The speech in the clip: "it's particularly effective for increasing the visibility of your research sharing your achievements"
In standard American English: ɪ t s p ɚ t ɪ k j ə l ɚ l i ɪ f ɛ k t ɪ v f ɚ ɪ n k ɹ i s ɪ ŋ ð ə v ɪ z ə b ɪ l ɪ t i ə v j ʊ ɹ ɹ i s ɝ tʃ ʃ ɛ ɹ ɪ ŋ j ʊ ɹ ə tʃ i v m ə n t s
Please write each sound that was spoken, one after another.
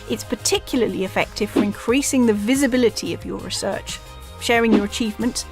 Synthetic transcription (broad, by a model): ɪ t s p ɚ t ɪ k j l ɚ l i ɪ f ɛ k t ɪ v f ɚ ɪ n k ɹ i s ɪ ŋ ð ə v ɪ z ə b ɪ l ɪ t i ə v j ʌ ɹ ɹ i s ɝ tʃ ʃ ɛ ɹ ɪ ŋ j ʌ ɹ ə tʃ i v m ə n t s